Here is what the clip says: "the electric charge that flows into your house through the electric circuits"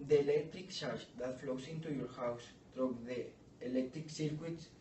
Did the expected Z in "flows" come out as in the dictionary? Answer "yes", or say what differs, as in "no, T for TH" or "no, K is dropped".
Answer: no, S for Z